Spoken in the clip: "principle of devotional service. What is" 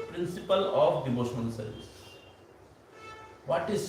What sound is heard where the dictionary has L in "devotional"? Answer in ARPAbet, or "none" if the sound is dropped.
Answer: N